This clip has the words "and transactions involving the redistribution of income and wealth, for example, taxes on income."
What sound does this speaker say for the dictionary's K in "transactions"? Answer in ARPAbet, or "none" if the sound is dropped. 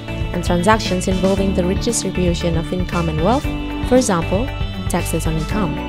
K